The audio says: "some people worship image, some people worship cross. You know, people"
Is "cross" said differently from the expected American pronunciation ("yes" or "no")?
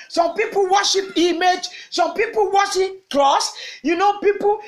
yes